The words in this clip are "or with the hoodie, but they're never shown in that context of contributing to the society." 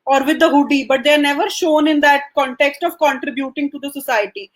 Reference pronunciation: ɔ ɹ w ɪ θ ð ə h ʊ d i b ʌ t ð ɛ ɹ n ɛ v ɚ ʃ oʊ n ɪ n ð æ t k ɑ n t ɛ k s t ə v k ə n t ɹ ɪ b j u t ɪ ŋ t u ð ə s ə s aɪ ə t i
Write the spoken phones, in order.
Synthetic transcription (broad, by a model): ɔ ɹ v ɪ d ə h ʊ d i b ʌ t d ɛ ɹ n ɛ v ɚ ʃ oʊ n ɪ n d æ t k ɑ n t ɛ k s t ə v k ə n t ɹ ɪ b j u t ɪ ŋ t u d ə s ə s aɪ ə t i